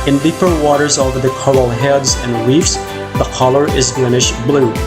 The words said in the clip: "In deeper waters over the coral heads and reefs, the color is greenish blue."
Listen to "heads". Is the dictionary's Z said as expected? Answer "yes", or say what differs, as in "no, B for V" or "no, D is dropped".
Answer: yes